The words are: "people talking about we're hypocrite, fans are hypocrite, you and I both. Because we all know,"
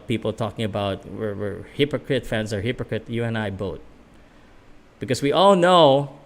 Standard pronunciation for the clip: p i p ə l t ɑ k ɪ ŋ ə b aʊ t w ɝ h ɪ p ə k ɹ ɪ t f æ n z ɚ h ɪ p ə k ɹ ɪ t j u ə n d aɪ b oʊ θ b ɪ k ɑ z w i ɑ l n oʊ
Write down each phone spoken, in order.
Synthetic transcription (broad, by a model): p i p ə l t ɑ k ɪ ŋ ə b aʊ t w ɝ h ɪ p ə k ɹ ɪ t f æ n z ɚ h ɪ p ə k ɹ ɪ t j u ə n aɪ b oʊ t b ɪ k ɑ s w i ɑ l n oʊ